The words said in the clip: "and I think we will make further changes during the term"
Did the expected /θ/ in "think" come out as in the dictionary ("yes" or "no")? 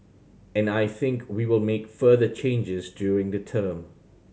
yes